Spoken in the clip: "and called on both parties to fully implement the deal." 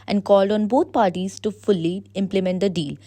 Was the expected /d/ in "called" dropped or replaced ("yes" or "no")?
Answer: no